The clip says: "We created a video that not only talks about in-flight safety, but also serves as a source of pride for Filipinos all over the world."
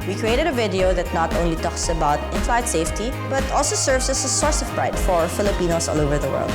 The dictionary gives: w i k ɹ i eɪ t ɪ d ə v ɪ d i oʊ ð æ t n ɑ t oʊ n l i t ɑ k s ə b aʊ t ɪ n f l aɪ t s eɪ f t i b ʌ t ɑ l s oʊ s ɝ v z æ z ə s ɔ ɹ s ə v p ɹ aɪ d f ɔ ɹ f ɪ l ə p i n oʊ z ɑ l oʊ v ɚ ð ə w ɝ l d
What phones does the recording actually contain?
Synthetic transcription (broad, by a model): w i k ɹ i eɪ t ɪ d ə v ɪ d i oʊ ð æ t n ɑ t oʊ n l i t ɑ k s ə b aʊ t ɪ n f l aɪ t s eɪ f t i b ʌ t ɑ l s oʊ s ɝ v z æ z ə s ɔ ɹ s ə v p ɹ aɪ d f ɔ ɹ f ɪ l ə p i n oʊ s ɑ l oʊ v ɚ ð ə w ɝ l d